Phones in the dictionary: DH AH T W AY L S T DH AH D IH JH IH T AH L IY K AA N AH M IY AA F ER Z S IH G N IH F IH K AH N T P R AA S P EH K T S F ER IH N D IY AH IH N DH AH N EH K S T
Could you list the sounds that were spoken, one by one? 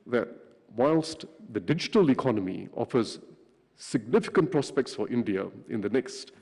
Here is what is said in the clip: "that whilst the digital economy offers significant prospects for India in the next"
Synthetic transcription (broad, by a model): DH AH T W AY L S T DH AH D IH JH IH T AH L IY K AA N AH M IY AA F ER Z S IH G N IH F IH K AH N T P R AA S P EH K T S F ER IH N D IY AH IH N DH AH N EH K S T